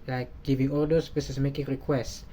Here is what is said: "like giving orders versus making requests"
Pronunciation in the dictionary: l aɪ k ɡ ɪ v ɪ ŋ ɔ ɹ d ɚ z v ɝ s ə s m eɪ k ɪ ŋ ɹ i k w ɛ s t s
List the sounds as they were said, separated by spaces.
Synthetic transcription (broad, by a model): l aɪ k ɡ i v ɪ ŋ ɔ l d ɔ s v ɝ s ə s m eɪ k ɪ ŋ ɹ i k w ɛ s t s